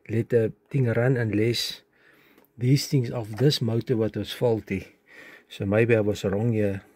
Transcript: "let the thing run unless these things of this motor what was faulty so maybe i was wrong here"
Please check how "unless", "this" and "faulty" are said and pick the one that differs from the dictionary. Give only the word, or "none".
none